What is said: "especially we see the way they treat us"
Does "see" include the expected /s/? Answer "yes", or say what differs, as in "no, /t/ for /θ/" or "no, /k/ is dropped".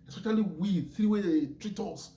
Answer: no, /θ/ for /s/